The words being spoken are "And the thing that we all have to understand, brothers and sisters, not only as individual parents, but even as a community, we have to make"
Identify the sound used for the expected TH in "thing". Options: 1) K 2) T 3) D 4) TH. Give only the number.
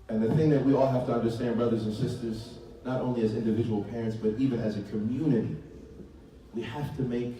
4